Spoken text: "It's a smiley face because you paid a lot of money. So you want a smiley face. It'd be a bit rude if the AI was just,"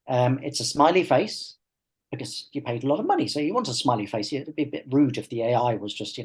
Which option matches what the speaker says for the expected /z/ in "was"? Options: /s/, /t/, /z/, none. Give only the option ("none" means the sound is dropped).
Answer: /z/